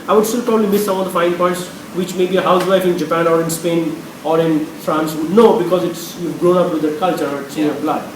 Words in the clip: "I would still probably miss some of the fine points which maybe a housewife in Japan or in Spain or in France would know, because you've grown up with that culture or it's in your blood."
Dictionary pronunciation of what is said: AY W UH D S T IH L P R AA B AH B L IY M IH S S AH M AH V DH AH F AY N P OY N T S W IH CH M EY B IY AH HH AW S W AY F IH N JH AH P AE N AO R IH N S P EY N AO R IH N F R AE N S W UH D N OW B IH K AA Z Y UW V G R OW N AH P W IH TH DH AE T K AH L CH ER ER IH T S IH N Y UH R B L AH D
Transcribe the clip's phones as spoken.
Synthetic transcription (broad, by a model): AY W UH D S T IH L P R AA B AH B L IY M IH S S AH M AH V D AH F AY N P OY N T S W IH CH M EY B IY AH HH AW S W AY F IH N JH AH P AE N AO R IH N S P EY N AO R IH N F R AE N S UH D N OW B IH K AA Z Y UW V G R OW N AH P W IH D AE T K AH L CH ER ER IH T S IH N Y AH B L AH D